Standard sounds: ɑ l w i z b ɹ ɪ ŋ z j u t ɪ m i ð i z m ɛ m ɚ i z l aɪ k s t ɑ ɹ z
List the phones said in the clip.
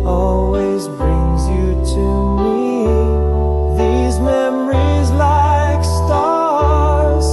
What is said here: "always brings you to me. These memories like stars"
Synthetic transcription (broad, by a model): ɑ l w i z b ɹ ɪ ŋ z j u t ɪ m i ð i z m ɛ m ɚ i z l aɪ k s t ɑ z